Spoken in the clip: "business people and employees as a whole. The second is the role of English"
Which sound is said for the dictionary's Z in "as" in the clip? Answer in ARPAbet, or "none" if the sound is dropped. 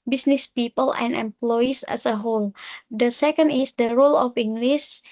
S